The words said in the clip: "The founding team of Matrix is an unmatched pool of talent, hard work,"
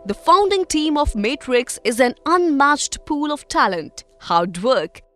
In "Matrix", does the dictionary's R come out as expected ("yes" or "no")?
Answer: yes